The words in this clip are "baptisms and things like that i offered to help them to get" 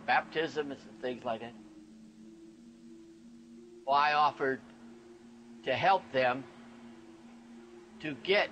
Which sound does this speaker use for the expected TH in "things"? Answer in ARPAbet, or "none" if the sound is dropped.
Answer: TH